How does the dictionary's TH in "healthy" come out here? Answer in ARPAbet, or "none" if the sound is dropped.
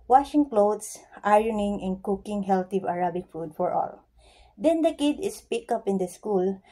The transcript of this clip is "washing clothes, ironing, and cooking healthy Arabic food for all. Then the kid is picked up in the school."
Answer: T